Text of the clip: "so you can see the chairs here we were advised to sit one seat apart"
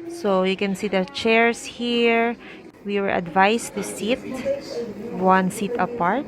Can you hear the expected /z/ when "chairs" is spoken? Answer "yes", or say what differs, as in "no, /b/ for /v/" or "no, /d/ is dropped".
no, /s/ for /z/